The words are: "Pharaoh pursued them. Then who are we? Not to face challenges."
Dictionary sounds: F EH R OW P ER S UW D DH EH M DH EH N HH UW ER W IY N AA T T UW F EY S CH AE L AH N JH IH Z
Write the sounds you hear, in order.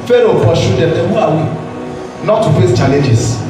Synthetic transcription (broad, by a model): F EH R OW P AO SH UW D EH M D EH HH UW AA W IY N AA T T UW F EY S CH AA L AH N JH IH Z